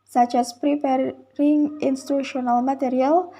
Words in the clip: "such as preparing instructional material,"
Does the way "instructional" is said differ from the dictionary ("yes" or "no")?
yes